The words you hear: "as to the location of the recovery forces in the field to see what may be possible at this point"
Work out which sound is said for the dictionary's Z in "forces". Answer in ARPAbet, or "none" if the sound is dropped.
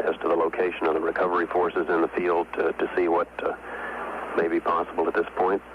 Z